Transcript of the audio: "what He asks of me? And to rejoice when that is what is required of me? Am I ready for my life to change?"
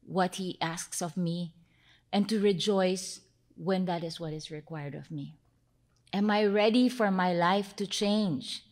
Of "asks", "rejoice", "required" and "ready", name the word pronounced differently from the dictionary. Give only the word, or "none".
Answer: none